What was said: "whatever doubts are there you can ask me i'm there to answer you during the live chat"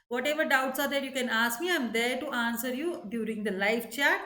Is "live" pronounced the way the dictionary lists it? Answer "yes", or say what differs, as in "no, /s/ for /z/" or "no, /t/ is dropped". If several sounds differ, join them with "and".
no, /f/ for /v/